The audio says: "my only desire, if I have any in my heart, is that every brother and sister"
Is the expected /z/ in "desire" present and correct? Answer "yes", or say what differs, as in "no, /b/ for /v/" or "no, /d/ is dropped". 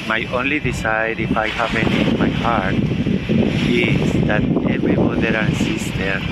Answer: no, /s/ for /z/